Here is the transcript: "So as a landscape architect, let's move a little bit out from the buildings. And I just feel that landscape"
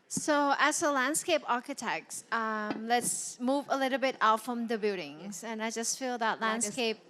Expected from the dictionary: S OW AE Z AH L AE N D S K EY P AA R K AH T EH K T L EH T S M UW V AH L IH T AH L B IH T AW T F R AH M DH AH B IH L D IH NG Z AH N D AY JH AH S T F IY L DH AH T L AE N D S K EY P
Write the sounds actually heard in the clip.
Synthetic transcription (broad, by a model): S OW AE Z AH L AE N D S K EY P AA R K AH T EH K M L EH T S M UW V AH L IH T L B IH T AW T F R AH M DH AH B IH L D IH NG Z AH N AY JH AH S T F IY L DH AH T L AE N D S K EY P